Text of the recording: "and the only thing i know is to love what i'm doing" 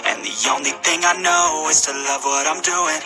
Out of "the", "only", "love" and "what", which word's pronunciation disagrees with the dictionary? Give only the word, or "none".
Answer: none